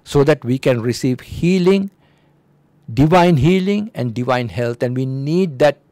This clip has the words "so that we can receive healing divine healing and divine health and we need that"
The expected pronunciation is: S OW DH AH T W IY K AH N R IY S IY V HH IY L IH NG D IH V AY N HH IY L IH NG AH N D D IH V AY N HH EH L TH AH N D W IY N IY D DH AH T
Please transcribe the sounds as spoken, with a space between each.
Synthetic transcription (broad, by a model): S OW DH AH T W IY K AH N R IY S IY V HH IY L IH NG D IH V AY N HH IY L IH NG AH N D D IH V AY N HH EH L T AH N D W IY N IY D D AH T